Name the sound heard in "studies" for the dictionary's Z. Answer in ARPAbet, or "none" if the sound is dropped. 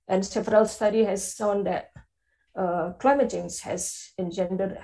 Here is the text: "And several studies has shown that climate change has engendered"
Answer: none